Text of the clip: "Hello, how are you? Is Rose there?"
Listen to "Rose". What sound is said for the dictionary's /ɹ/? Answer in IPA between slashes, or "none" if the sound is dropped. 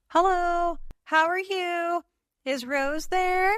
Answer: /ɹ/